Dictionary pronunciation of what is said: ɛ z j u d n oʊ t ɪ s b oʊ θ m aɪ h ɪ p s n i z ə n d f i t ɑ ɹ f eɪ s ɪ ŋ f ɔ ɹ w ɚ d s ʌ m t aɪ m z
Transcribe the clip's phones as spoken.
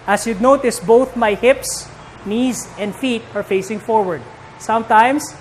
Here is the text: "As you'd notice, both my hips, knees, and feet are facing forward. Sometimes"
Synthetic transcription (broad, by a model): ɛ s j u d n oʊ t ɪ s b oʊ θ m aɪ h ɪ p s n i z ə n d f i t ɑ ɹ f eɪ s ɪ ŋ f ɔ ɹ w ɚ d s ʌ m t aɪ m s